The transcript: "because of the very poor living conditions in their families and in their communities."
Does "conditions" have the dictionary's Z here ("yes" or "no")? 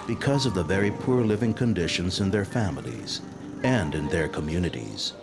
yes